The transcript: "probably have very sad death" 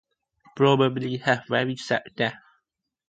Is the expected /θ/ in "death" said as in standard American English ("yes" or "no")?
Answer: no